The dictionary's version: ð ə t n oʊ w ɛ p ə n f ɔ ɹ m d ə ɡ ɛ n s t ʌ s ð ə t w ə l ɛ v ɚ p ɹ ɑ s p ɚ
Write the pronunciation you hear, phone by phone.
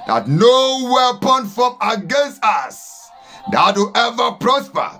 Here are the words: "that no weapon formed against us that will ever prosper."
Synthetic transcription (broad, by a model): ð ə t n oʊ w ɛ p ə n f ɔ m ə ɡ ɛ n s t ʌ s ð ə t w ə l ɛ v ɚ p ɹ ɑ s p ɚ